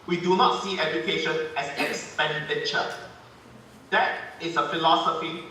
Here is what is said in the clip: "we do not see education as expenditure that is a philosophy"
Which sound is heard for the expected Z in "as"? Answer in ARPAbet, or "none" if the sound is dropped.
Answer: S